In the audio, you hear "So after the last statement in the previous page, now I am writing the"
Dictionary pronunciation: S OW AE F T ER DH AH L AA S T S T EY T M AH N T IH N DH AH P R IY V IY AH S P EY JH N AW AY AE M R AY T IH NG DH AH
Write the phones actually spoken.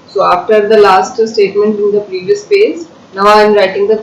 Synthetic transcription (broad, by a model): S OW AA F T ER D AH L AA S T S T EY T M AH N T IH N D AH P R IY V IY AH S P EY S N AW AY M R AY T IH NG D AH